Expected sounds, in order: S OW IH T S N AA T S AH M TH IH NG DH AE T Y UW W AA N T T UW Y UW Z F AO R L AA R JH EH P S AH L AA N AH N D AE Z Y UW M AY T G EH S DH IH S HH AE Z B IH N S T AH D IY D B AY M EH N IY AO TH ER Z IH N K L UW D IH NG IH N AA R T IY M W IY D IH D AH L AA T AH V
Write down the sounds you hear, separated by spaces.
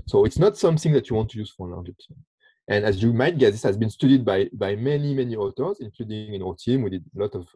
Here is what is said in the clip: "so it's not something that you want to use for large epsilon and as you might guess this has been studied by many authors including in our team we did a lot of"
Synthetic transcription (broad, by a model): S OW IH T S N AA T S AH M TH IH NG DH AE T Y UW W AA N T T UW Y UW Z F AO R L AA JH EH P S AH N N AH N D AE Z Y UW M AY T G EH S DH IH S HH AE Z B IH N S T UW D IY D B AY M EH N IY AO T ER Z IH N K L UW D IH NG IH N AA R T IY M W IY D IH D AH L AA T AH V